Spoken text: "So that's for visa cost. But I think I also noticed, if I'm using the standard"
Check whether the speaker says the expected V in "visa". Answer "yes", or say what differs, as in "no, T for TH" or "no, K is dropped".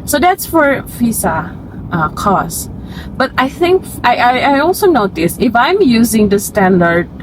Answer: no, F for V